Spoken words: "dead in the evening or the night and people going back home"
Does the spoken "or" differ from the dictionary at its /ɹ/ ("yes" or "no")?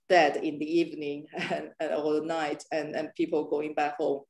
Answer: yes